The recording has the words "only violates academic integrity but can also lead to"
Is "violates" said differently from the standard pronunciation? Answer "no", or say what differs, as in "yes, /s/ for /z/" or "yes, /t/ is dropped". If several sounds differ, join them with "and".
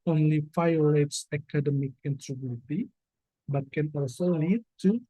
yes, /f/ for /v/